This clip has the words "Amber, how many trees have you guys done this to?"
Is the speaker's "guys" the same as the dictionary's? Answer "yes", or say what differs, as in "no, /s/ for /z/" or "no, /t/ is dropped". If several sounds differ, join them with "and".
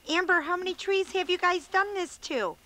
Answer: yes